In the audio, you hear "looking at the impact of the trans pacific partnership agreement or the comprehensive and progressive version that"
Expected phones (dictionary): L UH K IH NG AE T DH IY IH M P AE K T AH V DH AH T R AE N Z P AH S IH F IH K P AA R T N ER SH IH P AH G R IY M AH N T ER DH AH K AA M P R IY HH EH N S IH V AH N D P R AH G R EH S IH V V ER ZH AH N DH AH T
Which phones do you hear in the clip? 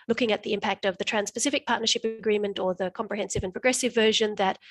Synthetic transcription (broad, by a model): L UH K IH NG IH T DH IY IH M P AE K T AH V DH AH T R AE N S P AH S IH F IH K P AA R T N ER SH IH P AH G R IY M AH N T ER DH AH K AA M P R IY HH EH N S IH V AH N P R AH G R EH S IH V V ER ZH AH N DH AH T